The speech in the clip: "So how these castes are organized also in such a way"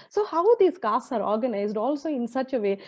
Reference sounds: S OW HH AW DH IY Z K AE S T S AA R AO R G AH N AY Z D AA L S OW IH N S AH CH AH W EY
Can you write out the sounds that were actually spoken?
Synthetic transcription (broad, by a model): S OW HH AW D IY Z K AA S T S AA R AO R G AH N AY Z D AA L S OW IH N S AH CH AH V EY